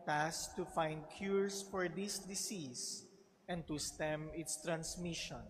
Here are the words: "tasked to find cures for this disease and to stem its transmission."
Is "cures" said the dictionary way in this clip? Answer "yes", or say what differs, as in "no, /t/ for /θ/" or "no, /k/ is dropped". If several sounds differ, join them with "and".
no, /s/ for /z/